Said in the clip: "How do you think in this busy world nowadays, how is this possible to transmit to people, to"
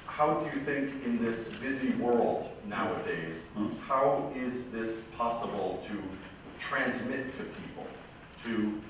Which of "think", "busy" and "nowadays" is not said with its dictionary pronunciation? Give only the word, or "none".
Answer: none